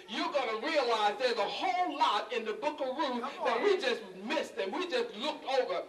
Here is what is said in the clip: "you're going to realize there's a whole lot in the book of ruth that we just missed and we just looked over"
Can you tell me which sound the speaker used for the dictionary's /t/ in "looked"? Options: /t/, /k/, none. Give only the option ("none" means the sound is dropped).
/t/